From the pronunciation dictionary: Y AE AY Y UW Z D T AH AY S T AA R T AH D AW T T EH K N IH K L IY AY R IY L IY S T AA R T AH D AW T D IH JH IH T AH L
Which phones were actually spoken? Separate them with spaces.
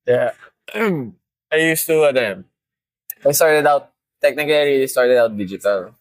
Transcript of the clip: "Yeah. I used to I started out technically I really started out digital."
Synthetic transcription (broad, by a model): Y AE AY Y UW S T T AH AY S T AA R T AH D AW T T EH K N IH K L IY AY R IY IY S T AA R T AH D AW T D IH JH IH T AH L